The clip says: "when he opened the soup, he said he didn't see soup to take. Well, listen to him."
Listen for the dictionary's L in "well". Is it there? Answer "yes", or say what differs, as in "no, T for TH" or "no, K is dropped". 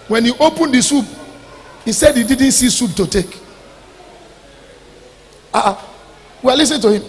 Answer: no, W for L